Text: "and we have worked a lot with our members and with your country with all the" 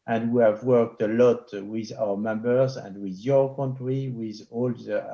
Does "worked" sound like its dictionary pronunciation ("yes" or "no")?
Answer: yes